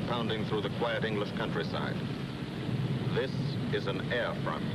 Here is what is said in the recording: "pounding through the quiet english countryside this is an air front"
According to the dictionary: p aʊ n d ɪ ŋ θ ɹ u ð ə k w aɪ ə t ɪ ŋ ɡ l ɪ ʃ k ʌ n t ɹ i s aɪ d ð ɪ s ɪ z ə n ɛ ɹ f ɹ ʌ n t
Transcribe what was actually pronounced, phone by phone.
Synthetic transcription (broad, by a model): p aʊ n d ɪ ŋ θ ɹ u ð ə k w aɪ ə t ɪ ŋ ɡ l ɪ ʃ k ʌ n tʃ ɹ i s aɪ d ð ɪ s ɪ z ə n ɛ ɹ f ɹ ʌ n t